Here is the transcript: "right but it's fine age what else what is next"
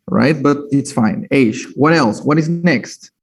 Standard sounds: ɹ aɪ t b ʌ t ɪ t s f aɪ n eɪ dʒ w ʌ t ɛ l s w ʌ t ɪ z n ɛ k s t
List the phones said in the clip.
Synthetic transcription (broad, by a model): ɹ aɪ t b ʌ t ɪ t s f aɪ n eɪ ʃ w ʌ t ɛ l s w ʌ t ɪ z n ɛ k s t